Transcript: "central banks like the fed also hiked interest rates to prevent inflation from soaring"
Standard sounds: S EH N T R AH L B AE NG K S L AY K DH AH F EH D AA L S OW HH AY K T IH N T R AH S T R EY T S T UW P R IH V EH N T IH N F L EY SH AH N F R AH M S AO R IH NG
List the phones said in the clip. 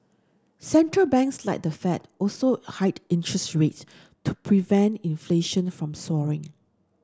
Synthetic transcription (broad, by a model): S EH N T R AH L B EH NG K S L AY K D AH F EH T AA L S OW HH AY T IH N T R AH S T R EY T S T UW P R IH V EH N T IH N F L EY SH AH N F R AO M S AO R IH NG